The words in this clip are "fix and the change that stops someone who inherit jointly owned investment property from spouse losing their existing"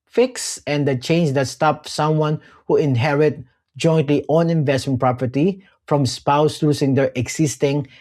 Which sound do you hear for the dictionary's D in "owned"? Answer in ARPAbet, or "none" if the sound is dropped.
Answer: none